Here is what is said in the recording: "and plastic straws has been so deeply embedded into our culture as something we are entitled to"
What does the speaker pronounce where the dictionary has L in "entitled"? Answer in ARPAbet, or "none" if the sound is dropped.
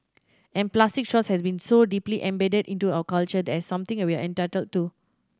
L